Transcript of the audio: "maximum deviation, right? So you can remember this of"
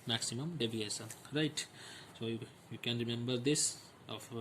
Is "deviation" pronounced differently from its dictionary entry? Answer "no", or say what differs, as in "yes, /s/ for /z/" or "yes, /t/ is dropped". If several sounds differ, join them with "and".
yes, /s/ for /ʃ/